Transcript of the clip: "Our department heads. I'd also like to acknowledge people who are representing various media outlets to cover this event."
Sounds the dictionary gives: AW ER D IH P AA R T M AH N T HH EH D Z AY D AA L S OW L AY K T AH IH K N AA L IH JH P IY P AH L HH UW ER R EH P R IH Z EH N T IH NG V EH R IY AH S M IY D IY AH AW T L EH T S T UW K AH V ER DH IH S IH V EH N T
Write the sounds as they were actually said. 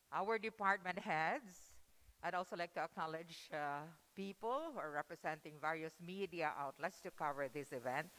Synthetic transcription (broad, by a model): AW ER D IH P AA R T M AH N T HH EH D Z AY D AA L S OW L AY K T AH IH K N AA L IH JH P IY P AH L ER R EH P R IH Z EH N T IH NG V EH R IY AH S M IY D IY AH AW T L EH T S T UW K AH V ER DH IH S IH V EH N T